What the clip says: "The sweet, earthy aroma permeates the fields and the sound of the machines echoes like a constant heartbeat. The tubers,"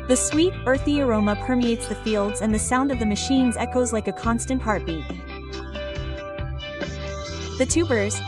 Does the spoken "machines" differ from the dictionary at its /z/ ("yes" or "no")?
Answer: no